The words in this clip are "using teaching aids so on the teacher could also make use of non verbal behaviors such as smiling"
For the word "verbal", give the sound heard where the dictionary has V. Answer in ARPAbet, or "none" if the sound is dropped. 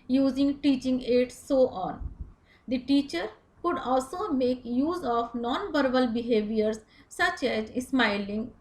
B